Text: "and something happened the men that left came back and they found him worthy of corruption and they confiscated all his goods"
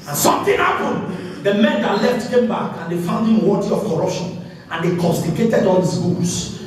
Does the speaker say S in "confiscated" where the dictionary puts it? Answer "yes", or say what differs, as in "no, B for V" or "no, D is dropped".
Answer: no, S is dropped